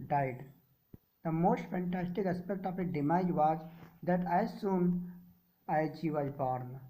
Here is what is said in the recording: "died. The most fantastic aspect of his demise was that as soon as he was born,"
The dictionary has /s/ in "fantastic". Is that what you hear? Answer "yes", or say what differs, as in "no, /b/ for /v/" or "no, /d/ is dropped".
yes